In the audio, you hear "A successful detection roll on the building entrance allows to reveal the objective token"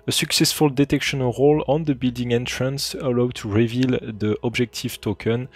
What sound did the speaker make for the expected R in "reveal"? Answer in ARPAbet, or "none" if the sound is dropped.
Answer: R